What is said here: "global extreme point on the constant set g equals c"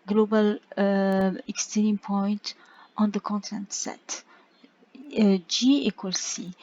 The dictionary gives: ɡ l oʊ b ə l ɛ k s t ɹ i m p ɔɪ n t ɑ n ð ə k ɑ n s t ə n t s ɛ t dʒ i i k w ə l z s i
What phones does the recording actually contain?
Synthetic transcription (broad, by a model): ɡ l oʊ b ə l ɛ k s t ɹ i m p ɔɪ n t ɑ n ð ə k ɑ n t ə n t s ɛ t dʒ i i k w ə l s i